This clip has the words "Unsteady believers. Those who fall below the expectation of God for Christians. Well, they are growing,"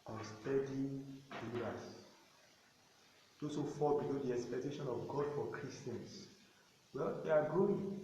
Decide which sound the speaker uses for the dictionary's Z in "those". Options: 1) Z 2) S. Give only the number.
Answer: 2